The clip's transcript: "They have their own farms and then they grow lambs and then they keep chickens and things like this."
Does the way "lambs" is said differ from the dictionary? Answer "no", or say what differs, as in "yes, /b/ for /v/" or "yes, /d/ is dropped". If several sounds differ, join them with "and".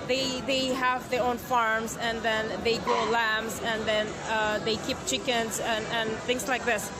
no